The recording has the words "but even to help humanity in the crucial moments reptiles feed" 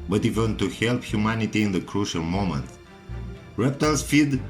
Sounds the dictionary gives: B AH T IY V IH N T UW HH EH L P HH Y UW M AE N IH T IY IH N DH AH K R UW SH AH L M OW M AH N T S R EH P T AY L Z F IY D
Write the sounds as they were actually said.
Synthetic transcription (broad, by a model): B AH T IY V IH N T UW HH EH L P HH Y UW M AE N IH T IY IH N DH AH K R UW SH AH L M OW M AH N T R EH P T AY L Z F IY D